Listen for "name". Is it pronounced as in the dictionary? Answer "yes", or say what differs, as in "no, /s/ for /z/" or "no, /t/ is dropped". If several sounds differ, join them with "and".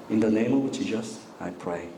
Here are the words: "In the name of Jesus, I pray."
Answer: yes